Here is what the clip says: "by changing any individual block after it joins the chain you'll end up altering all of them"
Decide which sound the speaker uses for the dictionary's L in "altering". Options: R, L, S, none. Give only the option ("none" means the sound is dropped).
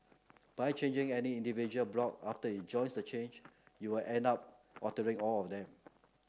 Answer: none